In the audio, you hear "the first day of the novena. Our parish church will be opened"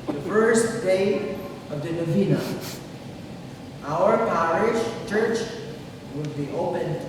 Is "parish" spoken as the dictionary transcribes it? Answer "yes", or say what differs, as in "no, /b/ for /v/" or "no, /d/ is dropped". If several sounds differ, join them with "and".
yes